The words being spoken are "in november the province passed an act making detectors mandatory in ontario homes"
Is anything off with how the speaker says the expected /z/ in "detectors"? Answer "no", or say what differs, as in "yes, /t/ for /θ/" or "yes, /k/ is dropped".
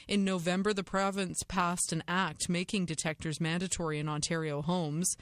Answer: no